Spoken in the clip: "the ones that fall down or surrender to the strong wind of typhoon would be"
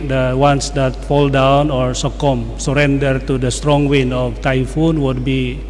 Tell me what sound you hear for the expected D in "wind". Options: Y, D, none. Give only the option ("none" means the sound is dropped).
none